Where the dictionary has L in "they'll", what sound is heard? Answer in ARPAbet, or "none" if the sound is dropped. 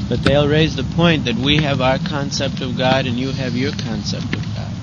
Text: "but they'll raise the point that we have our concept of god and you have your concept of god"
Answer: L